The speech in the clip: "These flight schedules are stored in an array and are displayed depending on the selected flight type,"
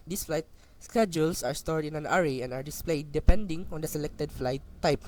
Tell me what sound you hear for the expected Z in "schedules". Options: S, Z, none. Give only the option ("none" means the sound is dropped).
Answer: S